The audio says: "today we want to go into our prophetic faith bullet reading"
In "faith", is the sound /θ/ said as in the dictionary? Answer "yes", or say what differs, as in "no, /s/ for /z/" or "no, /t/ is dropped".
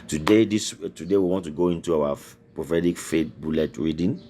no, /t/ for /θ/